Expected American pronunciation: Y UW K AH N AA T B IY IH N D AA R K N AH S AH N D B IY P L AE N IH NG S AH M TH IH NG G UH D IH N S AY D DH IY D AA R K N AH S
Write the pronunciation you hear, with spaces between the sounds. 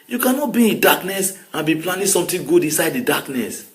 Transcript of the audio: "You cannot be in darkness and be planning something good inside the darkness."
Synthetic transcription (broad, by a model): Y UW K AH N AA T B IY IH N D AA K N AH S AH N B IY P L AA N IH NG S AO M T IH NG G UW D IH N S AY D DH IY D AA K N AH S